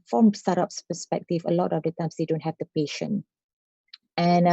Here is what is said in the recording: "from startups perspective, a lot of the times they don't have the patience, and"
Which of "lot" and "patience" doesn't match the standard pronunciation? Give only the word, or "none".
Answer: patience